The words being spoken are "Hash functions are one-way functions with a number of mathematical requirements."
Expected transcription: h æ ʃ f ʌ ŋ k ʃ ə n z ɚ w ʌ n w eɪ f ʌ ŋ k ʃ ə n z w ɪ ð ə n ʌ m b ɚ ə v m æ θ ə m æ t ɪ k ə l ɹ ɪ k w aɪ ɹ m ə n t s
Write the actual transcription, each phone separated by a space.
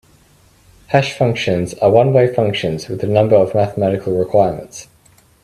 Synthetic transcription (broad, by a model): h æ ʃ f ʌ ŋ k ʃ ə n z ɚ w ʌ n w eɪ f ʌ ŋ k ʃ ə n z w ɪ ð ə n ʌ m b ɚ ə v m æ θ ə m æ t ɪ k ə l ɹ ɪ k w aɪ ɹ m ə n t s